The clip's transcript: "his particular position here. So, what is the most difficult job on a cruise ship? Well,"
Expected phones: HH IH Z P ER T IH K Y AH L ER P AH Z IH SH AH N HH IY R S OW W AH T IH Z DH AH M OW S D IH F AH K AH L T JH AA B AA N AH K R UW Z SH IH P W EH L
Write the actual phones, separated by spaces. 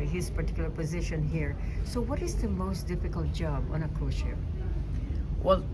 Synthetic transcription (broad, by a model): HH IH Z P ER T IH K Y L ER P AH Z IH SH AH N HH IY R S OW W AH T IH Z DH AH M OW S D IH F AH K AH L T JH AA B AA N AH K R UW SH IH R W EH L